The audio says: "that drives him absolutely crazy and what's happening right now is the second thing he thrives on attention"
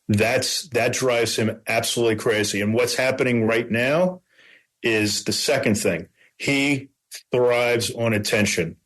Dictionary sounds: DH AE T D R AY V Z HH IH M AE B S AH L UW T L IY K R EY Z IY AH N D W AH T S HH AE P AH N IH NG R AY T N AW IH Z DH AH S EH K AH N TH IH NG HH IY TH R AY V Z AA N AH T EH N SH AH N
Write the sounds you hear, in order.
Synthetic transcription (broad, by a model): DH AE T D R AY V Z HH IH M AE B S AH L UW T L IY K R EY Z IY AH N W AH T S HH AE P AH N IH NG R AY T N AW IH Z DH AH S EH K AH N TH IH NG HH IY TH R AY V Z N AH T EH N SH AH N